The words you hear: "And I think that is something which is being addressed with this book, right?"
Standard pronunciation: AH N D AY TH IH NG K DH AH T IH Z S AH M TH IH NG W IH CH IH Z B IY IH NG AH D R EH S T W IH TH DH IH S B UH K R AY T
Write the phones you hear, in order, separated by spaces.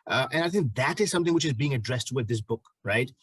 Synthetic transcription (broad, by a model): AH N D AY TH IH NG K DH AH T IH Z S AH M TH IH NG W IH CH IH Z B IY IH NG AH D R EH S T W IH DH IH S B UH K R AY T